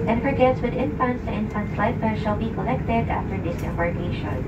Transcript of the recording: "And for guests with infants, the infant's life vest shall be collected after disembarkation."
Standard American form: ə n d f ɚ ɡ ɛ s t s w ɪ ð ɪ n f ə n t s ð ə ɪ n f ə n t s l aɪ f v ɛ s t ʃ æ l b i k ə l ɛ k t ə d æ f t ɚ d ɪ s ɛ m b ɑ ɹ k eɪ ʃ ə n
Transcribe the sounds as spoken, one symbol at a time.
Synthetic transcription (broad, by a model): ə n f ɚ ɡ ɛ t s w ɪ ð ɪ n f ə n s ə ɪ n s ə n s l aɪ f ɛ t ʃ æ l b i k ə l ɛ k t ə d æ f t ɚ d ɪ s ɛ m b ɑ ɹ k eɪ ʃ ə